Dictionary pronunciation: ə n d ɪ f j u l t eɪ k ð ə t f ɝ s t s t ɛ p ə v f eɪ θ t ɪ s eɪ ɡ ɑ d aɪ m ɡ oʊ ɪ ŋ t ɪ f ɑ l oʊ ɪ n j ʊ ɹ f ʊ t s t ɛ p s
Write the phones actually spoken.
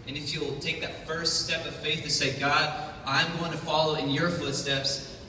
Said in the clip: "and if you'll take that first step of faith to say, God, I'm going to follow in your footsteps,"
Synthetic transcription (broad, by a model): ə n ɪ f j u l t eɪ k ð ə t f ɝ s t s t ɛ p ə v f eɪ θ t ɪ s eɪ ɡ ɑ d aɪ m ɡ oʊ ɪ ŋ t ɪ f ɑ l oʊ ɪ n j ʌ ɹ f ʊ t s t ɛ p s